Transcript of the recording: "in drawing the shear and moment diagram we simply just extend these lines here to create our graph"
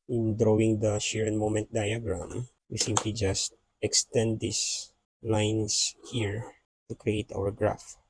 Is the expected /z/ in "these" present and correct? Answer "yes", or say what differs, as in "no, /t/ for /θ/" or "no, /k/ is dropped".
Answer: no, /s/ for /z/